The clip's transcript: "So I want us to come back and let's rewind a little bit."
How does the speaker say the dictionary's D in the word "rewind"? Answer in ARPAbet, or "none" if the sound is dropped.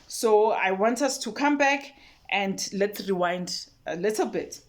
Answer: D